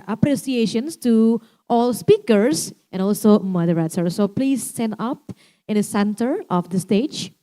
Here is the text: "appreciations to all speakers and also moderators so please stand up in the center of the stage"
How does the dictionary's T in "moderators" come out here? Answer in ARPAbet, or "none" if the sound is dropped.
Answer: S